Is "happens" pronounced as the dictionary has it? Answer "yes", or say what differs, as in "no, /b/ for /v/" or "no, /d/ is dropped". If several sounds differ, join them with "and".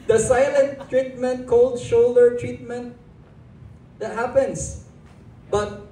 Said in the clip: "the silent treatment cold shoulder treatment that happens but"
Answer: no, /s/ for /z/